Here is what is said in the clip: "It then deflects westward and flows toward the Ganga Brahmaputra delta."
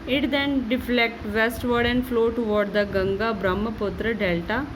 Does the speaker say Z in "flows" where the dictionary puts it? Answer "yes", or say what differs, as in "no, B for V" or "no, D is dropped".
no, Z is dropped